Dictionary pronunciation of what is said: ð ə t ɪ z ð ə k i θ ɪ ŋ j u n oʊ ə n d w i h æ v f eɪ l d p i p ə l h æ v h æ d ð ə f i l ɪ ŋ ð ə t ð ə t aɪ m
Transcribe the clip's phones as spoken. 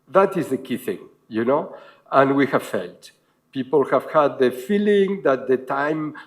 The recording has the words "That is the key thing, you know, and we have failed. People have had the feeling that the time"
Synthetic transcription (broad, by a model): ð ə t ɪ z ð ə k i θ ɪ ŋ j u n oʊ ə n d w i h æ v f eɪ l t p i p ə l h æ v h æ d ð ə f i l ɪ ŋ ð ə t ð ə t aɪ m